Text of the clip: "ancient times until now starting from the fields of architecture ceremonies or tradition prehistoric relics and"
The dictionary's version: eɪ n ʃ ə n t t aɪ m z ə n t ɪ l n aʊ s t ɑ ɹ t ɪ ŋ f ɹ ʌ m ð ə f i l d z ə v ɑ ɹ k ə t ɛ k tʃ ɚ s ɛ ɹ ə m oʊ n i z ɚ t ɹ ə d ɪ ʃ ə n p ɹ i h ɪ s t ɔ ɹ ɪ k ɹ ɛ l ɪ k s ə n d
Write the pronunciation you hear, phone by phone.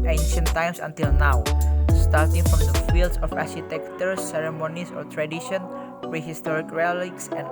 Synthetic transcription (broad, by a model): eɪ n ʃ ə n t t aɪ m s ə n t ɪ l n aʊ s t ɑ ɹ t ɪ ŋ f ɹ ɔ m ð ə f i l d s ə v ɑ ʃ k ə t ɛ k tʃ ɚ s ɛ ɹ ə m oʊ n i s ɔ t ɹ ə d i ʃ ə n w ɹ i h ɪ s t ɔ ɹ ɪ k ɹ ɛ l ɪ k s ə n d